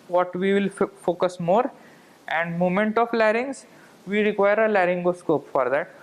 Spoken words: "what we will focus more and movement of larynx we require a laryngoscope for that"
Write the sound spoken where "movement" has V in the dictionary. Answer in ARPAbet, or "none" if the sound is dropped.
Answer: none